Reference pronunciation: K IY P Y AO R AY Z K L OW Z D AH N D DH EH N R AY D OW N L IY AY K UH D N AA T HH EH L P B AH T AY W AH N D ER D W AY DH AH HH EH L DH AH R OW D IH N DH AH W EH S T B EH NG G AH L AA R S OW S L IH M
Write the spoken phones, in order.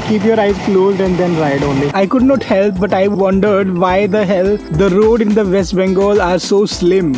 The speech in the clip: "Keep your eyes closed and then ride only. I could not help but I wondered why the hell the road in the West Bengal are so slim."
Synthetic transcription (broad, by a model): K IY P Y AO R AY Z K L OW Z D AH N D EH N R AY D OW N L IY AY K UH D N AA T HH EH L P B AH T AY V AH N D ER D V AY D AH HH EH L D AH R OW D IH N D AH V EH S T B EH NG G AH L AA R S OW S L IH M